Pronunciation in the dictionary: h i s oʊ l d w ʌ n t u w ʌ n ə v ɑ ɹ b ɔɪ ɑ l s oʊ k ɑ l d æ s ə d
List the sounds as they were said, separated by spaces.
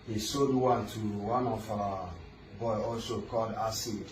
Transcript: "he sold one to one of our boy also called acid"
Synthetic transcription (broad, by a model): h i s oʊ d w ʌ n t u w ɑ n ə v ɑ b ɔɪ ɑ l s oʊ k ɑ l d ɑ s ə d